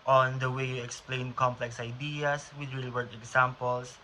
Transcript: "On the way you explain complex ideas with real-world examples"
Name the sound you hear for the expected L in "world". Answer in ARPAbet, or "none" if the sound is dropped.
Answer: none